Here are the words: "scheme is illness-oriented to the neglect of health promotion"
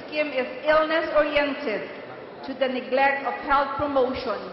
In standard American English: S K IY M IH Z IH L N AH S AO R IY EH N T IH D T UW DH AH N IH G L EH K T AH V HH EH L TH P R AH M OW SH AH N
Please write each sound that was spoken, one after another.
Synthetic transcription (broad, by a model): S K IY M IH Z IH L N AH S AO R IY EH N T IH D T UW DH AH N IH G L EH K T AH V HH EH L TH P R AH M OW SH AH N